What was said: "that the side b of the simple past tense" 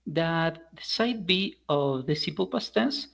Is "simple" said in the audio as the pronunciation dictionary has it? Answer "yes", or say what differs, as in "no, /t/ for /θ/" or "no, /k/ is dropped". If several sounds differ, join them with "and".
no, /m/ is dropped